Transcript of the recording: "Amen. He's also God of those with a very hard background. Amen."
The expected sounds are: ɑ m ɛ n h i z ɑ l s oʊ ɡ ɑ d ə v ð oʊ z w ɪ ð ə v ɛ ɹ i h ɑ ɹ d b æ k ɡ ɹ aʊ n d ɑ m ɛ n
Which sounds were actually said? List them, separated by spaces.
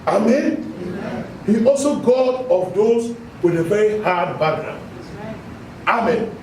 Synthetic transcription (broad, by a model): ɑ m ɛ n h i ɑ l s oʊ ɡ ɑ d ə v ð oʊ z w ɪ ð ə v ɛ ɹ i h ɑ d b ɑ ɡ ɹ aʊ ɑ m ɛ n